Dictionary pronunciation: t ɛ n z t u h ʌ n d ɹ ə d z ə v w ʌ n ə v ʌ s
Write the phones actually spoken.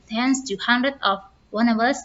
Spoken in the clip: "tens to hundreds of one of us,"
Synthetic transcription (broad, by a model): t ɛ n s t u h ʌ n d ɹ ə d ə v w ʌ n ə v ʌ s